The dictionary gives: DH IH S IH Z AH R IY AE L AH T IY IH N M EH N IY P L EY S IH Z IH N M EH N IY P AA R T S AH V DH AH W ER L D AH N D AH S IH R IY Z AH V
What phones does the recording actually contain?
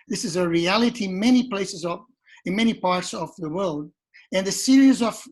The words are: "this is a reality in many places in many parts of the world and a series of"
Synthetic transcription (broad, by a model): DH IH S IH Z AH R IY AE L AH T IY IH N M EH N IY P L EY S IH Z IH N M EH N IY P AA R T S AH V DH AH W ER L D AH N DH AH S IH R IY Z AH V